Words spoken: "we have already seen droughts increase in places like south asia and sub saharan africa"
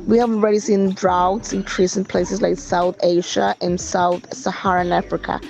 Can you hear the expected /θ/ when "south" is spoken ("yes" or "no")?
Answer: yes